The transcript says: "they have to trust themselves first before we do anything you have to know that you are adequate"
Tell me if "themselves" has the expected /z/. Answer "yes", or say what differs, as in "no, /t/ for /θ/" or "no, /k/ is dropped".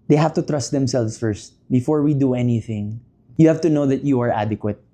no, /s/ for /z/